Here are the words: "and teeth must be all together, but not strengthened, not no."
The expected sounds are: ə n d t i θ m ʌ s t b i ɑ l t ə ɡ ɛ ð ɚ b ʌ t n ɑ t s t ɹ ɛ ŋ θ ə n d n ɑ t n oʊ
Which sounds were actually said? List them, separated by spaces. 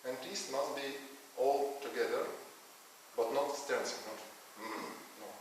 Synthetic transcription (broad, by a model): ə n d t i s m ʌ s t b i ɑ l t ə ɡ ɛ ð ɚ b ʌ t n ɑ t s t ɛ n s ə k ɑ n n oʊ